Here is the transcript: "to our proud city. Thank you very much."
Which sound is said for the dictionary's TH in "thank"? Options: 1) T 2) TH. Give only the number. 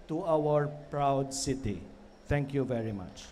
1